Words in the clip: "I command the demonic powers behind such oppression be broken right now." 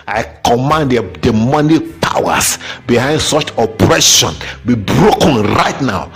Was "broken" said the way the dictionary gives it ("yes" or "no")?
yes